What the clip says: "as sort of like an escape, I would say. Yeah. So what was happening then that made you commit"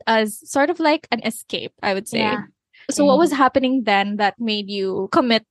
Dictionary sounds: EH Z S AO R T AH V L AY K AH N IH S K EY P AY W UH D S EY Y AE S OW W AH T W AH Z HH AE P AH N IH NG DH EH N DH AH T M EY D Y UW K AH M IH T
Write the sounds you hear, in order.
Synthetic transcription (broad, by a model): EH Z S AO R T AH V L AY K AH N IH S K EY P AY W UH D S EY S OW W AH T W AH Z HH AE P AH N IH NG DH EH N DH AH T M EY D Y UW K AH M IH T